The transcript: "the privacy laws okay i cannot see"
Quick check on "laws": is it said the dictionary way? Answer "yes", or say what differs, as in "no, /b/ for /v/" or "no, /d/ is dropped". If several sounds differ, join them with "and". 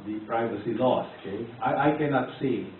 no, /s/ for /z/